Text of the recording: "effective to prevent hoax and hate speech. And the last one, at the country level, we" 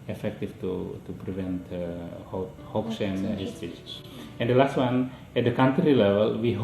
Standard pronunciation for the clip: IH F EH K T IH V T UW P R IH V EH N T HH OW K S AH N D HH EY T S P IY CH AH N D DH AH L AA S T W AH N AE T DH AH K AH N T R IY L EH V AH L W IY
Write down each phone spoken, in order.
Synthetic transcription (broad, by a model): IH F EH K T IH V T UW P R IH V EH N T HH OW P S AH N D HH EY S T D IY S AH N D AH L AA S T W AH N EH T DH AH K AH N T R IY L EH V AH L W IY